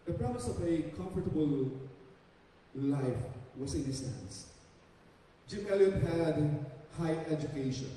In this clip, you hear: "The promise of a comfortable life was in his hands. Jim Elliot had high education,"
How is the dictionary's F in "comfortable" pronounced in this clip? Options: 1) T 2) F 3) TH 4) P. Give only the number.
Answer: 2